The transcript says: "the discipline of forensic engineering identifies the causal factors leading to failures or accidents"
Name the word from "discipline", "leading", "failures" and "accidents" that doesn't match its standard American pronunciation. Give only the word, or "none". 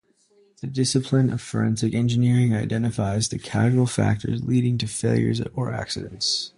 none